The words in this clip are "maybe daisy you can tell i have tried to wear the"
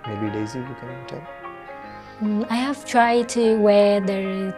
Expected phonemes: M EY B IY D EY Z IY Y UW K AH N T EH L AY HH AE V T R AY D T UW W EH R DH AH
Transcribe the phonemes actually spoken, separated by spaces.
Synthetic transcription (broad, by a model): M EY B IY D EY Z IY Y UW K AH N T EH N AY HH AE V T R AY D T UW W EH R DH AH